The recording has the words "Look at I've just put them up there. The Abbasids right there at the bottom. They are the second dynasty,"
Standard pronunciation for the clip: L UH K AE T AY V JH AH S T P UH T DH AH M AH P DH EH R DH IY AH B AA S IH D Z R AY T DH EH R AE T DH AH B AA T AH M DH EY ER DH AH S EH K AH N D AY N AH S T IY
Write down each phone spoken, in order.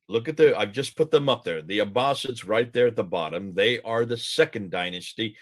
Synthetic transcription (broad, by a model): L UH K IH T AY V JH AH S P UH T DH AH M AH P DH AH R DH IY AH B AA S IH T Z R AY T DH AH R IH T DH AH B AA T AH M DH EY ER DH AH S EH K AH N D AY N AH S T IY